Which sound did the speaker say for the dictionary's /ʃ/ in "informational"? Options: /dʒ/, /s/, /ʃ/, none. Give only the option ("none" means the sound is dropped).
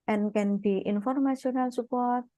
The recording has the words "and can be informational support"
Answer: /s/